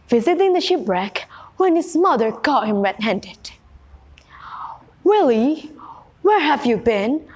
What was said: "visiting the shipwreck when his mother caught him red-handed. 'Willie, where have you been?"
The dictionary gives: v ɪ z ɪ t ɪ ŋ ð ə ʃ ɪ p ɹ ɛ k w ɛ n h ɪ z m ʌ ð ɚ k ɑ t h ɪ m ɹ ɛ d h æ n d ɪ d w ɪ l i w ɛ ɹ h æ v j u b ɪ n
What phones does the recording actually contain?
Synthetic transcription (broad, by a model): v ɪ z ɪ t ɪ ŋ ð ə ʃ ɪ p ɹ ɛ k w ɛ n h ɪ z m ʌ ð ɚ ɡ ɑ t h ɪ m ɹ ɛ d h æ n d ɪ d w ɪ l i w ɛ ɹ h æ v j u b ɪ n